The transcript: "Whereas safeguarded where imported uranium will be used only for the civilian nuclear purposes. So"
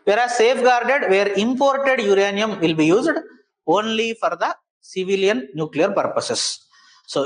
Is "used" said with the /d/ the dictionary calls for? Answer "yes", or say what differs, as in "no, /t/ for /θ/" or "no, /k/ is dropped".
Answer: yes